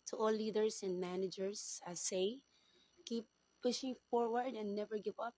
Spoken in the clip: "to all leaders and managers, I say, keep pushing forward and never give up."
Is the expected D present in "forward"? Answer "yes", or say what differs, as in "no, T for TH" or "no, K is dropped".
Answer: yes